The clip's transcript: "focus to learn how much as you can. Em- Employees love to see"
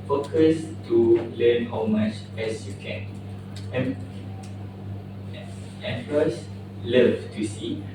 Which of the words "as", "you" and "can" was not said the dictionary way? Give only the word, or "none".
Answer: as